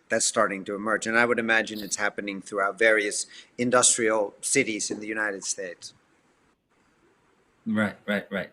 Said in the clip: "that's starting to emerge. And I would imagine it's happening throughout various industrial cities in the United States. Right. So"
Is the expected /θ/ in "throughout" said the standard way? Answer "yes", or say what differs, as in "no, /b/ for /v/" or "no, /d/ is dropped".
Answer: yes